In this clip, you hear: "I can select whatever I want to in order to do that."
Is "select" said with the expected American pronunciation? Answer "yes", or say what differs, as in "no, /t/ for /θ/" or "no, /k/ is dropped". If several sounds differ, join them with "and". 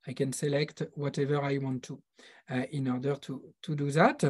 yes